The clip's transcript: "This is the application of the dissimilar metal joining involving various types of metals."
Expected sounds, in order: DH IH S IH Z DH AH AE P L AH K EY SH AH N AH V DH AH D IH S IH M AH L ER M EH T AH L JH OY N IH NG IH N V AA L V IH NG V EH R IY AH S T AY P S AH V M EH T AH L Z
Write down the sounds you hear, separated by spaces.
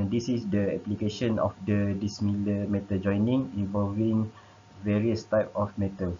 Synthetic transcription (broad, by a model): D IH S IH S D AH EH P L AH K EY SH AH N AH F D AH D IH S M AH L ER M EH T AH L JH OY N IH NG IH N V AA L V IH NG V EH R IY AH S T AY P AH F M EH T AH L